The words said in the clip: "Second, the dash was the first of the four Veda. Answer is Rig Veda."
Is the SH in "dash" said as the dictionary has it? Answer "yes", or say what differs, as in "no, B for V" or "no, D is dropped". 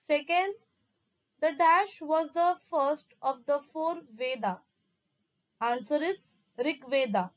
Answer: yes